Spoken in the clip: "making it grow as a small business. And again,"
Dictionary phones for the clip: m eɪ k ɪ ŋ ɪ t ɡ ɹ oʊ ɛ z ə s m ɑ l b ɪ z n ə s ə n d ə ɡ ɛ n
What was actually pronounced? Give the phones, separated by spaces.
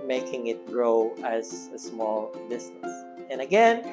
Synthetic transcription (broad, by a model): m eɪ k ɪ ŋ ɪ t ɡ ɹ oʊ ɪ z ə s m ɑ l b ɪ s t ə s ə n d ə ɡ ɛ n